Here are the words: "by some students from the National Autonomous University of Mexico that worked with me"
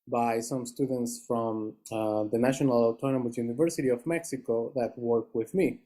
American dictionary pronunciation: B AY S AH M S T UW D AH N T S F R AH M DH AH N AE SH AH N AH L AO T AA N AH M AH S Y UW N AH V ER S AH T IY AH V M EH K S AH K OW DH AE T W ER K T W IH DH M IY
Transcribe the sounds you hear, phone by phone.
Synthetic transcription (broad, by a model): B AY S AH M S T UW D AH N T S F R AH M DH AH N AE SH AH N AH L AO T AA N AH M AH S Y UW N AH V ER S AH T IY AH V M EH K S AH K OW DH AE T W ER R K W IH DH M IY